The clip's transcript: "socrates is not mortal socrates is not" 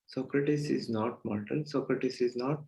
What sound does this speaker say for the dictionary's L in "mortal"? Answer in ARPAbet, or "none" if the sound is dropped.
N